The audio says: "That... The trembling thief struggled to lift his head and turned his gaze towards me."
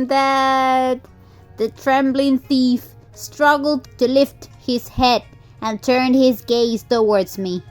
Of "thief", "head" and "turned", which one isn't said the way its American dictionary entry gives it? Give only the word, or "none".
none